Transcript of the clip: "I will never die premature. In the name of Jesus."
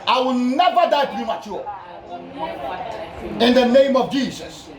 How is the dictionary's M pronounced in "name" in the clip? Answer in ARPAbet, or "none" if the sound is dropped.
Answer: M